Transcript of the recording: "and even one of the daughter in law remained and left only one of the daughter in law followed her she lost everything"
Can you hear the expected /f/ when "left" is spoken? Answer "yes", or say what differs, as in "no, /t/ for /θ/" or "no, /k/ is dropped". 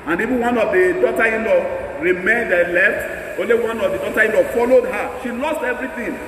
yes